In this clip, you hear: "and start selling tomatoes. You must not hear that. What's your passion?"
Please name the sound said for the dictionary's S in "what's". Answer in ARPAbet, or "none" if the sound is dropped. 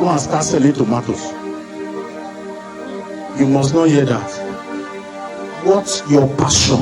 none